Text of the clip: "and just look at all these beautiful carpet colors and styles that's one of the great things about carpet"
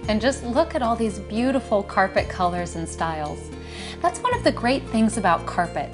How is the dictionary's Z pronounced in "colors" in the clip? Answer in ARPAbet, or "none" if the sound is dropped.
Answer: Z